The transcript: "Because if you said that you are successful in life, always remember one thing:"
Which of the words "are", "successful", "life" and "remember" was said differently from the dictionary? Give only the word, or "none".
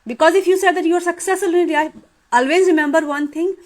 life